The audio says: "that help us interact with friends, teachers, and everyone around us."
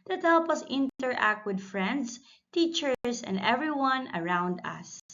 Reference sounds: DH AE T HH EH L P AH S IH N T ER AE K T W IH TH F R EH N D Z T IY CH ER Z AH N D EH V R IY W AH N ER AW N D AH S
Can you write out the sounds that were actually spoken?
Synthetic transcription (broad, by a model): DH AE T HH EH L P AH S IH N T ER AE K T W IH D F R EH N D S T IY CH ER S AH N D EH V R IY W AH N ER AW N D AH S